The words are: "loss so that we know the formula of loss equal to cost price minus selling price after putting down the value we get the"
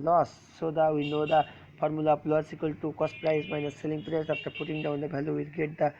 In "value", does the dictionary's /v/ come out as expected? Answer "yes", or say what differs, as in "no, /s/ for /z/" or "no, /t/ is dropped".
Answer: no, /b/ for /v/